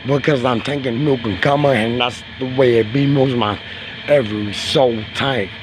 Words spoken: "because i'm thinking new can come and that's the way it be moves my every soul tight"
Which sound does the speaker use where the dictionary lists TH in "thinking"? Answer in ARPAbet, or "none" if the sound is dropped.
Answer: T